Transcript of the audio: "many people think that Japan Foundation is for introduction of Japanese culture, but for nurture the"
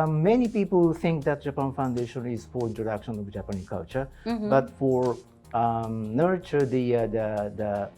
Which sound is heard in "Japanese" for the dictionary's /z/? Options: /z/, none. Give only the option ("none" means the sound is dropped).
none